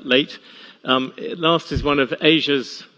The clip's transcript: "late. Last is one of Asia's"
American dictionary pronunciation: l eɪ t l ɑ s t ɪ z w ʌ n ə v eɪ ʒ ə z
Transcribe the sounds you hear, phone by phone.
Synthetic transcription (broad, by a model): l eɪ t l ɑ s t ɪ z w ʌ n ə v eɪ ʒ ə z